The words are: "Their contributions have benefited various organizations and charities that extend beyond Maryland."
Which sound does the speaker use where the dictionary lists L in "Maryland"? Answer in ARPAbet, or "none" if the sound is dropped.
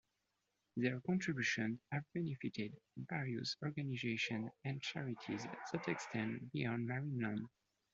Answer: N